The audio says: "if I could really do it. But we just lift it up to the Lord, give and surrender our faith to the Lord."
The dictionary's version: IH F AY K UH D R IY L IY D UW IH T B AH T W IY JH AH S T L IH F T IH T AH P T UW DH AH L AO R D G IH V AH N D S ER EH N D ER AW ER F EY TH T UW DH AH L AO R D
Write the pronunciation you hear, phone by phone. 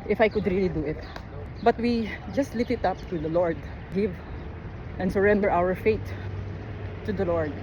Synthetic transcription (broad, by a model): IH F AY K UH D R IY L IY D UW IH T B AH T W IY JH AH S T L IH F IH T AH P T UW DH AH L AO R D G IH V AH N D S ER EH N D ER AW ER F EY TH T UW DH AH L AO R D